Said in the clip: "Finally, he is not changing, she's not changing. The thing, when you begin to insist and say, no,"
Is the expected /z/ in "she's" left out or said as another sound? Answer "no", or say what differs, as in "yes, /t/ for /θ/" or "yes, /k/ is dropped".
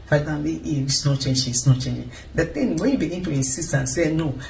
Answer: yes, /s/ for /z/